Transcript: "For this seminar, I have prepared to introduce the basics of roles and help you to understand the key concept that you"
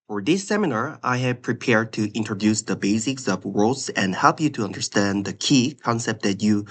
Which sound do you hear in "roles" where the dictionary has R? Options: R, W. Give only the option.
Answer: W